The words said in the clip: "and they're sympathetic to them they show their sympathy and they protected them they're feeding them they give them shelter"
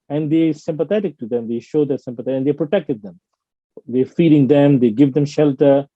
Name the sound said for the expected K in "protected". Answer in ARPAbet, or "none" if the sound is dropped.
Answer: K